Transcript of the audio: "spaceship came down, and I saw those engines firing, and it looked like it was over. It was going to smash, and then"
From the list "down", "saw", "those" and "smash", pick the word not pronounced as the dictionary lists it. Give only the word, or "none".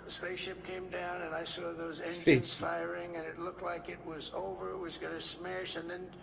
none